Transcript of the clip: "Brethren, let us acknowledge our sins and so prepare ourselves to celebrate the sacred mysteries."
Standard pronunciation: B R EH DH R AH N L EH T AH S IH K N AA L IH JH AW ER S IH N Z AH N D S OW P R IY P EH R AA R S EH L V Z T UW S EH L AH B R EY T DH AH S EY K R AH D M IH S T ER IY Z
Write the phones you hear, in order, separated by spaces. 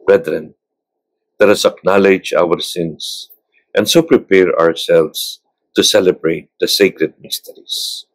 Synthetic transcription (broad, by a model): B R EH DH R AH N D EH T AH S IH K N AA L IH JH AW ER S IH N S AH N D S OW P R IY P EH R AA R S EH L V S T UW S EH L AH B R EY T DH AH S EY K R AH D M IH S T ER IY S